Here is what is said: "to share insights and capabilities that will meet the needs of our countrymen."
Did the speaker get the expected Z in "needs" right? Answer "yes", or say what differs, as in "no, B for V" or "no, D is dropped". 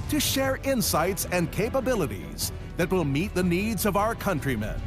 yes